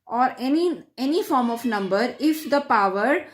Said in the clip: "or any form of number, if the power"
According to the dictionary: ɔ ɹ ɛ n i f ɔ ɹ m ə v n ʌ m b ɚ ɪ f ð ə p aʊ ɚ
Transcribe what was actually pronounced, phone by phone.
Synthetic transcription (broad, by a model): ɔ ɹ ɛ n i f ɔ ɹ m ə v n ʌ m b ɚ ɪ f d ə p aʊ ɚ